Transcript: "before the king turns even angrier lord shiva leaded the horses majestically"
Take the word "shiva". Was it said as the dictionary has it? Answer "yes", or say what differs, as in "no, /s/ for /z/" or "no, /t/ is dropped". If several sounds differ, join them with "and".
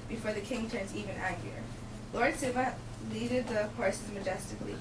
no, /s/ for /ʃ/